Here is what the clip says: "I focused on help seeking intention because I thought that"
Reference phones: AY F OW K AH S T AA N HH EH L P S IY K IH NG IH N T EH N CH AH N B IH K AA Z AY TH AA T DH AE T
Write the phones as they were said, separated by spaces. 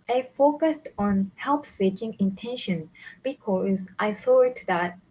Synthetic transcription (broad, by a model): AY F OW K AH S T AA N HH EH L P S IY K IH NG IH N T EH N SH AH N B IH K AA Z AY S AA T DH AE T